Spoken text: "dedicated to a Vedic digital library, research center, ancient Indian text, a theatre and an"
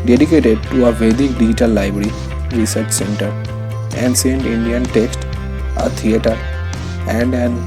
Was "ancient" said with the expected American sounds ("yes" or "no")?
no